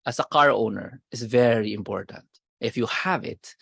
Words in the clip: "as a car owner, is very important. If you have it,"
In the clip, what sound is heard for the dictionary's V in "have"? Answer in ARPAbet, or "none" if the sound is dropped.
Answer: V